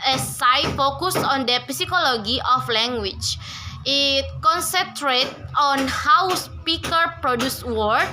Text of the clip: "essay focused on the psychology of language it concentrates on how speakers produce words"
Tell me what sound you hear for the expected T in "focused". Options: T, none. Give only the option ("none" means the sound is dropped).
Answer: none